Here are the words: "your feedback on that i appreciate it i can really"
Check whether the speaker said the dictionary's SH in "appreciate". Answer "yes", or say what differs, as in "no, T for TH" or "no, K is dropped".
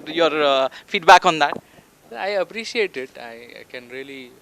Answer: no, S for SH